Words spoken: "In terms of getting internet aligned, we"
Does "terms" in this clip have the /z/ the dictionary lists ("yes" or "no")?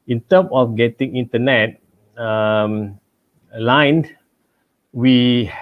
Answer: no